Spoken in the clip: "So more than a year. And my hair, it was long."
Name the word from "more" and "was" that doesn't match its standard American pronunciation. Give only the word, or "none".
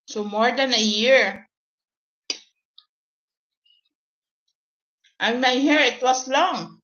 was